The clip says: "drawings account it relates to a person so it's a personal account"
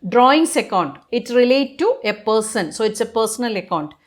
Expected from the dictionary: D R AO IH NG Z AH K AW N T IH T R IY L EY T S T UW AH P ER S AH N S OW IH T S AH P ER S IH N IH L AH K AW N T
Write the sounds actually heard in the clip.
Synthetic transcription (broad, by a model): D R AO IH NG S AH K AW N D IH T R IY L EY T T UW AH P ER S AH N S OW IH T S AH P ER S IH N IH L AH K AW N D